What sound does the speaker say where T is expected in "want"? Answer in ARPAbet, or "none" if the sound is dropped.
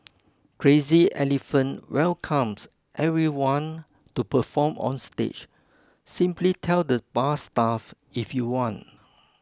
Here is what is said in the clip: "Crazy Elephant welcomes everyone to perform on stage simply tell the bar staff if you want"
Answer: T